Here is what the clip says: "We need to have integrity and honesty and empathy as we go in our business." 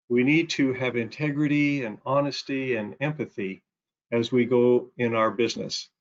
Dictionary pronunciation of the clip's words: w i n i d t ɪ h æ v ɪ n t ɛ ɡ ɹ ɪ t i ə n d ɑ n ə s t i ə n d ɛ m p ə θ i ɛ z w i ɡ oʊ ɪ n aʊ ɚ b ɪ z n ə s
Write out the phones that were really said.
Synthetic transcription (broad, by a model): w i n i d t ɪ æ v ɪ n t ɛ ɡ ɹ ɪ t i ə n ɑ n ə s t i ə n ɛ m p ə θ i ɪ z w i ɡ oʊ ɪ n aʊ ɚ b ɪ z n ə s